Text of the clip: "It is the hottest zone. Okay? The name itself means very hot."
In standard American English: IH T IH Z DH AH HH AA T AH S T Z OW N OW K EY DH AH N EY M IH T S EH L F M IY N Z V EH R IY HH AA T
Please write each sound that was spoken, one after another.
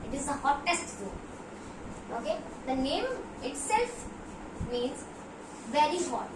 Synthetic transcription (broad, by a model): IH T IH Z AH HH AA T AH S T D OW OW K EY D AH N EY M IH T S EH L F M IY N Z V EH R IY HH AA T